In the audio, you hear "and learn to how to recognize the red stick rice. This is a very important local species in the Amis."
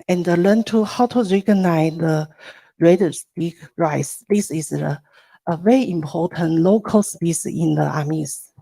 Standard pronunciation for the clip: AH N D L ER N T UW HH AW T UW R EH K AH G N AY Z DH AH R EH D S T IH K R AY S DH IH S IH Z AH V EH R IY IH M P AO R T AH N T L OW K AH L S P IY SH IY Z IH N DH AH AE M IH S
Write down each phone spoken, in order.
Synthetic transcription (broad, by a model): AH N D L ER N T UW HH AW T UW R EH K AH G N AY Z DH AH R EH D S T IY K R AY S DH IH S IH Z AH V EH R IY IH M P AO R T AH N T L OW K AH L S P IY S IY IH N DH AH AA M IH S